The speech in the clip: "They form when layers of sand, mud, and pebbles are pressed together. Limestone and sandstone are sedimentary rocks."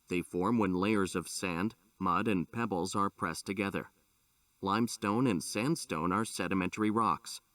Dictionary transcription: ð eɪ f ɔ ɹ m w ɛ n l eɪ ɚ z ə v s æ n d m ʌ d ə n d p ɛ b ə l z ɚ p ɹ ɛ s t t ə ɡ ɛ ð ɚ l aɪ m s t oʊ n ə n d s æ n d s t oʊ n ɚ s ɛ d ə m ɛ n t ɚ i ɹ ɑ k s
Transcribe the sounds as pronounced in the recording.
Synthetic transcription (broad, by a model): ð eɪ f ɔ ɹ m w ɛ n l eɪ ɚ z ə v s æ n d m ʌ d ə n p ɛ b l z ɚ p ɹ ɛ s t t ə ɡ ɛ ð ɚ l aɪ m s t oʊ n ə n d s æ n d s t oʊ n ɚ s ɛ d ə m ɛ n t ɚ i ɹ ɑ k s